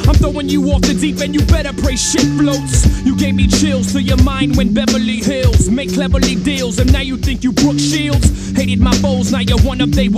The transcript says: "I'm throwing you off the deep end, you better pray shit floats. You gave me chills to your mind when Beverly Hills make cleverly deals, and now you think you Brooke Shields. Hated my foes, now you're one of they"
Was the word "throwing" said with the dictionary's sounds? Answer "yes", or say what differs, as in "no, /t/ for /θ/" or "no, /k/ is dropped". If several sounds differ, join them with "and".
no, /ɹ/ is dropped